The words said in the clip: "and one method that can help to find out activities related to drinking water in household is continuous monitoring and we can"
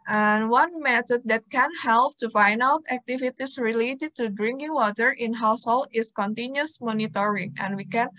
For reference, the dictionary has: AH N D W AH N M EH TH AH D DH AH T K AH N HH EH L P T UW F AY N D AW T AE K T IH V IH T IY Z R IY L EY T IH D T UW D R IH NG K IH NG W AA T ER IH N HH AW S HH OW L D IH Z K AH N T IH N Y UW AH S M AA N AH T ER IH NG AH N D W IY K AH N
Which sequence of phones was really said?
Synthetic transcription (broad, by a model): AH N W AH N M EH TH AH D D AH T K AH N HH EH L P T UW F AY N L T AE K T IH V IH T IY S R IY L EY T IH D T UW D R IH NG K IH NG W AA T ER IH N HH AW S HH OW L IH S K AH N T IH N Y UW S M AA N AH T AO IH NG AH N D W IY K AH N